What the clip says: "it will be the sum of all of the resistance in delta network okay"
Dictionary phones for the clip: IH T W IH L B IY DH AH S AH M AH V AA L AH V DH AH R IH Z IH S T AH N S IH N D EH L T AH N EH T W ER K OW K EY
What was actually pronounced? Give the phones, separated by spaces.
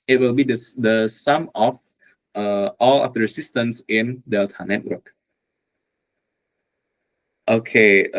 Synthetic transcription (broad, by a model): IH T W IH L B IY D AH S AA M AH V AA L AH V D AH R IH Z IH S T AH N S IH N D EH L T AH N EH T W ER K OW K EY